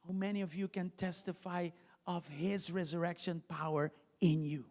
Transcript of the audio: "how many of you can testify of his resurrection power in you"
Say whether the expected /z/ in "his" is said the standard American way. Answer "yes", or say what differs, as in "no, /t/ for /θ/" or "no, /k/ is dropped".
yes